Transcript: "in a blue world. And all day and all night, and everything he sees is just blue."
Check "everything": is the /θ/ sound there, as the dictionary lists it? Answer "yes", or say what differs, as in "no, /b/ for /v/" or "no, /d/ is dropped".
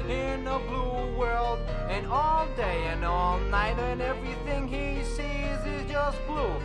yes